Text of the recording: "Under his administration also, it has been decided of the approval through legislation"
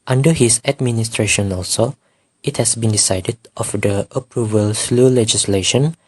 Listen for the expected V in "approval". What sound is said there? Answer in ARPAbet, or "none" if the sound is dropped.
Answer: V